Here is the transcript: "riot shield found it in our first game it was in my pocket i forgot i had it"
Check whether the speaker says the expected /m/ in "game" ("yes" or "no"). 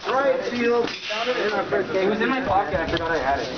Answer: no